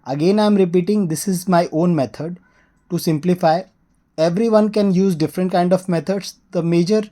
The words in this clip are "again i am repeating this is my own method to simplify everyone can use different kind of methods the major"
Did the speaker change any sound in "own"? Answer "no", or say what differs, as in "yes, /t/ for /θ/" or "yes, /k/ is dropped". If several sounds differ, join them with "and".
no